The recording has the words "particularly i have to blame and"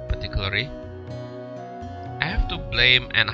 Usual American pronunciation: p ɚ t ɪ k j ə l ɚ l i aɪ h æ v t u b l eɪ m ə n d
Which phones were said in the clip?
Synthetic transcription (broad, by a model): p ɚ t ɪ k j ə l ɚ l i aɪ h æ f t u b l eɪ m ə n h